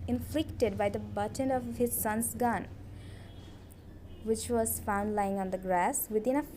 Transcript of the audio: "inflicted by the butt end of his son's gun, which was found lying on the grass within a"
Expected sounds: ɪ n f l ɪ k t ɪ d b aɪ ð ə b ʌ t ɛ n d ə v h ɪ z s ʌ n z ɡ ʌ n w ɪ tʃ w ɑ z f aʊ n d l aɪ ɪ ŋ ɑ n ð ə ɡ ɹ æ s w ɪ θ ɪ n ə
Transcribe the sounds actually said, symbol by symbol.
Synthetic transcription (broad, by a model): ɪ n f l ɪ k t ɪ d b aɪ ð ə b ʌ t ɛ n ə v h ɪ z s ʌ n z ɡ ʌ n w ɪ tʃ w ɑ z f aʊ n d l aɪ ɪ ŋ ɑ n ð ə ɡ ɹ æ s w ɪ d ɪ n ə